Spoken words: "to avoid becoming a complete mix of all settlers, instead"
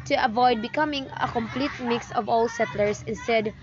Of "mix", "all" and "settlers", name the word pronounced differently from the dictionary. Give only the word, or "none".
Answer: settlers